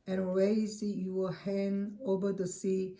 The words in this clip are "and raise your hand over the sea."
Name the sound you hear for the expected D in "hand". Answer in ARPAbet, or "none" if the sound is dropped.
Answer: none